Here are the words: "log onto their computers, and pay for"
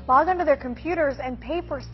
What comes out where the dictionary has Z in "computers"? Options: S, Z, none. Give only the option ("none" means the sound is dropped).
Z